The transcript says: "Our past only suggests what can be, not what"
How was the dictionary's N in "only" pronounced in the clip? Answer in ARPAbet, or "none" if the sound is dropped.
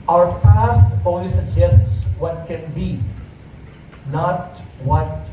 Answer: none